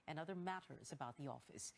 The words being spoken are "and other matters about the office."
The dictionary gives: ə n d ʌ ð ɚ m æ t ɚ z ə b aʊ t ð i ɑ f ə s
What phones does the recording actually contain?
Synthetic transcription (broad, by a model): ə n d ʌ ð ɚ m æ t ɚ z ə b aʊ t ð i ɑ f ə s